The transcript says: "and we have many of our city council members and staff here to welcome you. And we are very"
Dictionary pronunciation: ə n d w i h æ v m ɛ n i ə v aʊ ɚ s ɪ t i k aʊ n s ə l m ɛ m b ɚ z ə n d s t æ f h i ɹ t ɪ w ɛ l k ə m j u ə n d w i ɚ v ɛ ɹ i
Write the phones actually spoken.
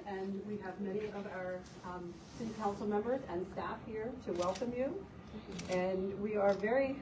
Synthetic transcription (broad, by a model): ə n w i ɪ v m ɛ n i ə v aʊ ɚ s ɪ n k aʊ n s l m ɛ m b ɚ z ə n s t æ f h i ɹ t ɪ w ɛ l k ə m j u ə n w i ɚ v ɛ ɹ i